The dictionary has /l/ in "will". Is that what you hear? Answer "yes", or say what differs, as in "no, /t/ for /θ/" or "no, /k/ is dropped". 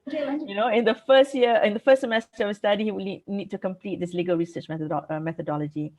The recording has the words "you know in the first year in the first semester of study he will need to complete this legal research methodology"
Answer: no, /n/ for /l/